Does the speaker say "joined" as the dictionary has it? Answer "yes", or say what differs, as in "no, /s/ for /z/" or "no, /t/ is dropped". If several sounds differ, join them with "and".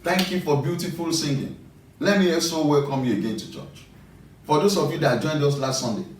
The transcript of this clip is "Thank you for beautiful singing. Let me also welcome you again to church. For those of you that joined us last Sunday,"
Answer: yes